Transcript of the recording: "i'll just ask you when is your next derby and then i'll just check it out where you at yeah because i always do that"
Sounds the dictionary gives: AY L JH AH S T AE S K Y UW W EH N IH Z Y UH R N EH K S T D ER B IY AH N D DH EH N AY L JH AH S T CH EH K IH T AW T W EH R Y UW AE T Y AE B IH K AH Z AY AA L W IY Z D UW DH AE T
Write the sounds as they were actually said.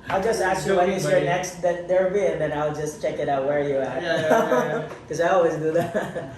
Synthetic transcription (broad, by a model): AY L JH AH S T AE S K Y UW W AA IH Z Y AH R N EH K S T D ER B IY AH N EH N AY L JH AH S CH EH K IH T AW T W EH R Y Y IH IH K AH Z AY AA L W IY Z D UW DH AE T